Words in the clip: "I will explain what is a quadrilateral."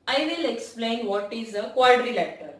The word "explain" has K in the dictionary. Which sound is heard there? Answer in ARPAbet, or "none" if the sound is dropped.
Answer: K